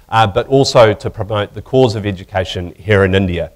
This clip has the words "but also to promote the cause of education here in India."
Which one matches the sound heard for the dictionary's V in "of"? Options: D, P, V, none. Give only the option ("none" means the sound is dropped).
V